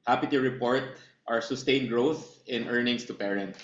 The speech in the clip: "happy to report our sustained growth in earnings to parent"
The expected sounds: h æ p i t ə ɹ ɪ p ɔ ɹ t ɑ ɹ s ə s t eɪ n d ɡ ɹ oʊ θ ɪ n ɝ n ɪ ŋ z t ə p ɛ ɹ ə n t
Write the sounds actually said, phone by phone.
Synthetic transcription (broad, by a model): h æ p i t ə ɹ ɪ p ɔ ɹ t ɑ ɹ s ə s t eɪ n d ɡ ɹ oʊ θ ɪ n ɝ n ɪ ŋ s t ə p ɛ ɹ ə n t